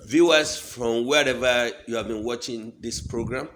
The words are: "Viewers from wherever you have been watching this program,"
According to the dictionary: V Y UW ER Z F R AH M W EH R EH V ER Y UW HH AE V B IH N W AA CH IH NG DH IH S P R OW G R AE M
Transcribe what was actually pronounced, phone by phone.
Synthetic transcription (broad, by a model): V Y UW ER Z F R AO M W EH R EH V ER Y UW HH AE V B IH N W AA CH IH NG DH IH S P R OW G R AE M